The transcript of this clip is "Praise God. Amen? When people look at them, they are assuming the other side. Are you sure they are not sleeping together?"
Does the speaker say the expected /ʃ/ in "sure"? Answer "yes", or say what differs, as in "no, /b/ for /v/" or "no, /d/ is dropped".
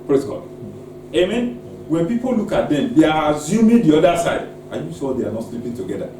no, /s/ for /ʃ/